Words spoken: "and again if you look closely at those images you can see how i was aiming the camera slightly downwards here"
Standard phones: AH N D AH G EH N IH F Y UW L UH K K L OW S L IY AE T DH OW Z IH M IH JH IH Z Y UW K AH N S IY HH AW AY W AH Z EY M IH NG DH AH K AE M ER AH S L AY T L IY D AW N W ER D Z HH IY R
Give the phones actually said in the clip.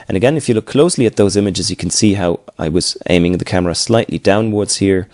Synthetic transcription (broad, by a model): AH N AH G EH N IH F Y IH L UH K K L OW S L IY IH T DH OW Z IH M IH JH IH Z Y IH K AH N S IY HH AW AY W AH Z EY M IH NG DH AH K AE M ER AH S L AY T L IY D AW N W ER D Z HH IY R